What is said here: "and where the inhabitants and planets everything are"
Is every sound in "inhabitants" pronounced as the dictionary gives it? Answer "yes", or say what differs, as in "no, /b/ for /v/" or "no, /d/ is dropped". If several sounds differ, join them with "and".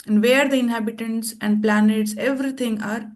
yes